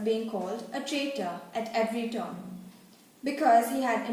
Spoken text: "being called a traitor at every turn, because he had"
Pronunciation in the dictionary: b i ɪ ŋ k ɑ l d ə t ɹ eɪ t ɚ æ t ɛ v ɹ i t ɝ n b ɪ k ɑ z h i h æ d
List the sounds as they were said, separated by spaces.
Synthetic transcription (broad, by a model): b i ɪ ŋ k ɑ l d ə t ɹ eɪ t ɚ æ t ɛ v ɹ i t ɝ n b ɪ k ɑ z h i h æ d